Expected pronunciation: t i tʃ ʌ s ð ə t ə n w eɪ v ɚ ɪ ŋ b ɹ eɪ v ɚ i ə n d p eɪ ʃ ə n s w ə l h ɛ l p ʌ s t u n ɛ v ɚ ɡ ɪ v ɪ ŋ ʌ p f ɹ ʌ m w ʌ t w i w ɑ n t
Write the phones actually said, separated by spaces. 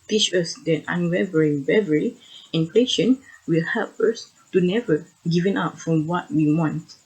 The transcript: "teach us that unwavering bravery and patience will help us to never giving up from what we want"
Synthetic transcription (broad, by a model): t i tʃ ʌ s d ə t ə n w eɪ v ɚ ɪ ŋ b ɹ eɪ v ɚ i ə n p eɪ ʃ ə n w ə l h ɛ l p ʌ s t u n ɛ v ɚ ɡ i v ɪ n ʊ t f ɹ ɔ m w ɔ t w i w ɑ n t